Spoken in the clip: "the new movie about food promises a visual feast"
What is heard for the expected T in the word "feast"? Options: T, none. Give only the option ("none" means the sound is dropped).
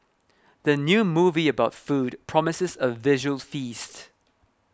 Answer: T